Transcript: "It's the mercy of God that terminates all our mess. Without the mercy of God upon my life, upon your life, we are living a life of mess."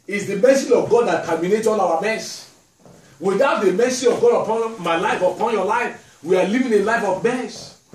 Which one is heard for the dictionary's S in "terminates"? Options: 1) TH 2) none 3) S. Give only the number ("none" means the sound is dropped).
2